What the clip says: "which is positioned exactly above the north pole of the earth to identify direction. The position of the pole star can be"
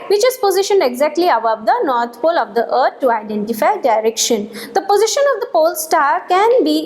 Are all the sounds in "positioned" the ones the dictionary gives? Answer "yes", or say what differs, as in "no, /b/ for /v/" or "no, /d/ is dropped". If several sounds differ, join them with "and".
yes